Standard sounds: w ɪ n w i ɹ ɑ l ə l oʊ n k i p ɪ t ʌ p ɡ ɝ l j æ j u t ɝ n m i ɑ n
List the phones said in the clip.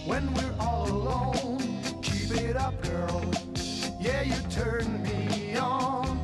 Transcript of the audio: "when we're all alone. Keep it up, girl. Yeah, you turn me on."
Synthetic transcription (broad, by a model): w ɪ n w i ɹ ɑ l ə l oʊ n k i b ɪ t ʌ p ɡ ɝ l j æ j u t ɝ n m i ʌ n